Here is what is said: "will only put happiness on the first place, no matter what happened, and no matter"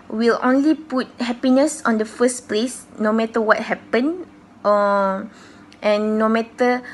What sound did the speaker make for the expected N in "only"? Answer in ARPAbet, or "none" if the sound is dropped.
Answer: N